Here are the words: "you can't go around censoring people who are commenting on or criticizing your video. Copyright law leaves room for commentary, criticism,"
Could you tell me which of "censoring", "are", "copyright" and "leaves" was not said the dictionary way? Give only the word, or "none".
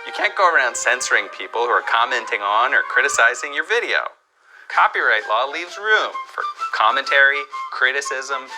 none